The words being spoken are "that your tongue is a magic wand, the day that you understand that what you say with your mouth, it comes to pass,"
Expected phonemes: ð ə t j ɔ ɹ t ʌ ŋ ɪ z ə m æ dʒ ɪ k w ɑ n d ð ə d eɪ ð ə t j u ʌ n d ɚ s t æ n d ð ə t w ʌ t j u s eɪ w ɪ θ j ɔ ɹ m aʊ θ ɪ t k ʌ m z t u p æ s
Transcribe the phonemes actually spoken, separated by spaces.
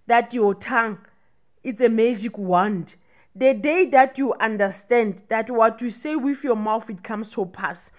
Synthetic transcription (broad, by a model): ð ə t j ɔ t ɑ ŋ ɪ s ə m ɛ dʒ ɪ k w ɑ n d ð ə d eɪ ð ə t j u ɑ n d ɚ s t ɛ n d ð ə t w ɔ t j u s eɪ w ɪ θ j ɔ m aʊ θ ɪ t k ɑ m s t u p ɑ s